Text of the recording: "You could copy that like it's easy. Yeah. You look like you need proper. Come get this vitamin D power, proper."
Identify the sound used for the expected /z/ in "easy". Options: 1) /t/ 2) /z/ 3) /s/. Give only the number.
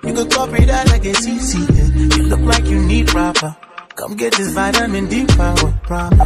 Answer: 3